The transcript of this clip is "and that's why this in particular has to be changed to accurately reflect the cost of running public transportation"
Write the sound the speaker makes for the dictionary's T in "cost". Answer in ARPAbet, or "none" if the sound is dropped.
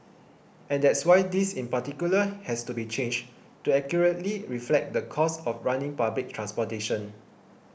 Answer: none